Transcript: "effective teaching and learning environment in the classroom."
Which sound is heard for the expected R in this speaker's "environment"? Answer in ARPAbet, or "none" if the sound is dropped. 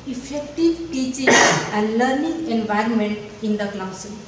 R